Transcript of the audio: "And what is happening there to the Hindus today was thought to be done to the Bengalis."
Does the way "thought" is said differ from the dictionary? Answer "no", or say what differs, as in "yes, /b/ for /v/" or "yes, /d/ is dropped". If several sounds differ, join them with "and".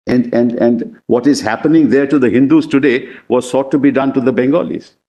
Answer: yes, /s/ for /θ/